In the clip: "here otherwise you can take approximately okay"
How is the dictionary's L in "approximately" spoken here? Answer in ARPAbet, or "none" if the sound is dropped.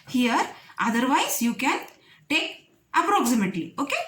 none